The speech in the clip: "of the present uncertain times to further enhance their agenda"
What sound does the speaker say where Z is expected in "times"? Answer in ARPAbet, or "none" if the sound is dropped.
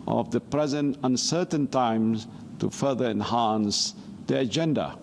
none